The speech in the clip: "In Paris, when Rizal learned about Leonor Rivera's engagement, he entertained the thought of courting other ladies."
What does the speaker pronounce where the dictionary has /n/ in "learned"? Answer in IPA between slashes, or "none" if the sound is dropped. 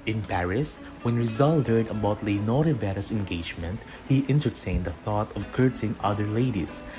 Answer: none